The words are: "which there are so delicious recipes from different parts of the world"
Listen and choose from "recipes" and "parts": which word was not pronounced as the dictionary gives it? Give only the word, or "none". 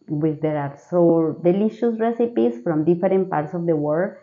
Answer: recipes